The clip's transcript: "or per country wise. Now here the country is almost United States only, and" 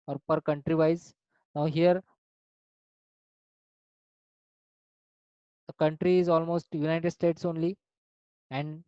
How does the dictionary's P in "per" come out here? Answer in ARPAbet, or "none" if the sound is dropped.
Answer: P